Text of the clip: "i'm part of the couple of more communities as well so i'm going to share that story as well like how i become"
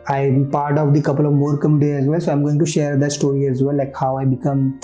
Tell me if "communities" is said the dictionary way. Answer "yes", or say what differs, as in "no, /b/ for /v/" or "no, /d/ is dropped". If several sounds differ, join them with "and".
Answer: no, /z/ is dropped